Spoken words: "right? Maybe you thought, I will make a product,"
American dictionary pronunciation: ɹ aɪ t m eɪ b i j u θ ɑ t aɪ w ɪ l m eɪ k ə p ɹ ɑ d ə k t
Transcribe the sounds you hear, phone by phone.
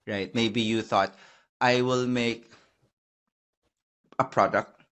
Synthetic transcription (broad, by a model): ɹ aɪ t m eɪ b i j u θ ɑ t aɪ w ɪ l m eɪ k ə p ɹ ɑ d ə k t